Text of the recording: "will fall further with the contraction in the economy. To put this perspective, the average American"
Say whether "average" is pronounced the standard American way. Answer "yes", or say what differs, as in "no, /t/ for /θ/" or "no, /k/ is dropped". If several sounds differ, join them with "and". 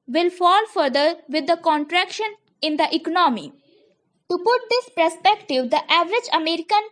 yes